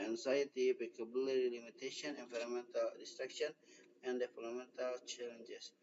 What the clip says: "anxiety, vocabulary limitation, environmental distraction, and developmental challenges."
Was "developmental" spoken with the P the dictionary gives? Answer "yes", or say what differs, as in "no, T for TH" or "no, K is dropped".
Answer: no, P is dropped